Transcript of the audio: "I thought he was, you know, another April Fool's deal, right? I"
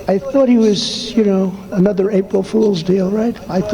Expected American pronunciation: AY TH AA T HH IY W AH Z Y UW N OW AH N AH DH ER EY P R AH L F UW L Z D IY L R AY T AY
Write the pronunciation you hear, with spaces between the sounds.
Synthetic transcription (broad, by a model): AY TH AA T HH IY W AH Z Y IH N OW AH N AH DH ER EY P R L F UW L Z D IY L R AY T AY